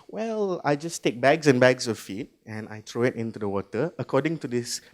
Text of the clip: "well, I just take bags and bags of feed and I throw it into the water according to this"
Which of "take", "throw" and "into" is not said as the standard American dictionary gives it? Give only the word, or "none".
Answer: throw